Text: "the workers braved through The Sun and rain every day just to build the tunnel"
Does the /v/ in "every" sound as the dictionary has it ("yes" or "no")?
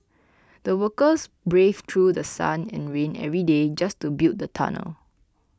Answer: yes